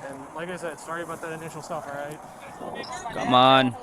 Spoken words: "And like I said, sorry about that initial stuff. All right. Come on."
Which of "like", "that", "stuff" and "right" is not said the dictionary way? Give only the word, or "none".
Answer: none